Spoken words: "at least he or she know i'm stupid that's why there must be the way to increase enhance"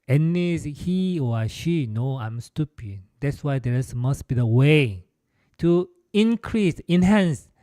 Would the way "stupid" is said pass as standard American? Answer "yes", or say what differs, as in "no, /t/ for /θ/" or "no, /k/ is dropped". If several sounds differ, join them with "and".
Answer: yes